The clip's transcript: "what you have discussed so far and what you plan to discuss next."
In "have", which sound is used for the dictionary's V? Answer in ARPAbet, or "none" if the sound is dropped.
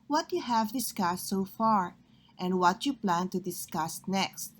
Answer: V